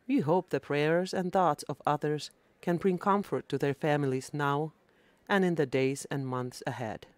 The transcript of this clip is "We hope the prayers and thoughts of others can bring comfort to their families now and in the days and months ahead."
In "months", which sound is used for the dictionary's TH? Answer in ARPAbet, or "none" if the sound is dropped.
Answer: TH